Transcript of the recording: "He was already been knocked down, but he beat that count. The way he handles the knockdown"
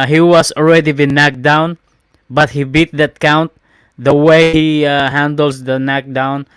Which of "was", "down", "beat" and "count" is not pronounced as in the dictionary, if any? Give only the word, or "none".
was